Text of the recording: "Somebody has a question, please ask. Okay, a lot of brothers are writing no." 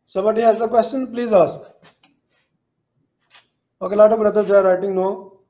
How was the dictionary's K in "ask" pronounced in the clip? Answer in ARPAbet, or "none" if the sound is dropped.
none